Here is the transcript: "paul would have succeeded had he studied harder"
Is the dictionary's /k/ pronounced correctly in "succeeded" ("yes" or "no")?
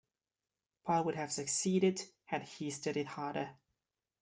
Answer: yes